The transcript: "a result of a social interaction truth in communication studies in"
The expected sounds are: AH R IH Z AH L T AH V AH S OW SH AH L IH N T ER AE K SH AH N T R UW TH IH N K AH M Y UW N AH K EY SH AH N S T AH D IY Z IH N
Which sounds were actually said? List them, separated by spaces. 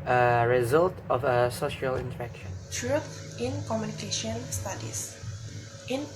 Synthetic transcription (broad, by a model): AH R IH Z AH L T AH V AH S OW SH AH L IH N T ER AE K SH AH N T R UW T IH N K AH M Y UW N AH K EY SH AH N S T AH D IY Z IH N